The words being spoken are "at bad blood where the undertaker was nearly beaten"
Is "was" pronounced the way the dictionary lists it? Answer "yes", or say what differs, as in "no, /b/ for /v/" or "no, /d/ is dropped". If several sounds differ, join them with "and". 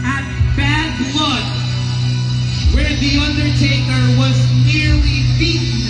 yes